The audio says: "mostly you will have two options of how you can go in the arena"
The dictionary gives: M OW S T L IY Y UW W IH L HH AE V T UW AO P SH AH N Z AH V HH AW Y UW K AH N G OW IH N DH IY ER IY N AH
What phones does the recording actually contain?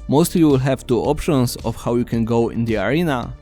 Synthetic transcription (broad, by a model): M OW S T L IY W IH L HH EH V T UW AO P SH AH N S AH F HH AW Y UW K AH N G OW IH N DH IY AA IY N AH